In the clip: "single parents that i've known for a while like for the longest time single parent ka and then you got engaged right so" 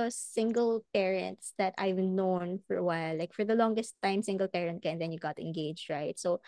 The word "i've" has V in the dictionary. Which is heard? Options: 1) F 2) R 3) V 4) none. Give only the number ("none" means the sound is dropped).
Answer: 3